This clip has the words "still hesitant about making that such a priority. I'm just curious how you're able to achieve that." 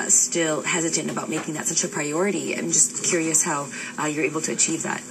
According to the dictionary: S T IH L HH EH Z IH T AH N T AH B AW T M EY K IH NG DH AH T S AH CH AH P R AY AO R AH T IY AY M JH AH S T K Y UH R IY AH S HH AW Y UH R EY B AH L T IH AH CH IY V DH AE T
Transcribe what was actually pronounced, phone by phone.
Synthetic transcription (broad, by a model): S T IH L HH EH Z IH T AH N T AH B AW T M EY K IH NG DH AH T S AH CH AH P R AY AO R AH T IY AY M JH AH S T K Y UH R IY AH S HH AW Y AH R EY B L T IH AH CH IY V DH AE T